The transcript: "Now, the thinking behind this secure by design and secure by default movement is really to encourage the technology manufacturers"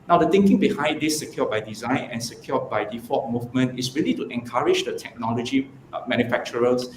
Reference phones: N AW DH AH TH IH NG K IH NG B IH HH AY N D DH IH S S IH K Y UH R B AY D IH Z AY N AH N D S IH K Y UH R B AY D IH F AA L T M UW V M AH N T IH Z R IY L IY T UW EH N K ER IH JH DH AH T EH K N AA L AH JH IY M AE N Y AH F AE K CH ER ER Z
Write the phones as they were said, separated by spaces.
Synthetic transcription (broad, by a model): N AW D AH T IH NG K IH NG B IH HH AY N D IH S S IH K Y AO B AY D IH Z AY N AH N S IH K Y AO B AY D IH F AA T M UW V M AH N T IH S R IY L IY T UW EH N K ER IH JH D AH T EH K N AA L AH JH IY M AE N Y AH F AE K CH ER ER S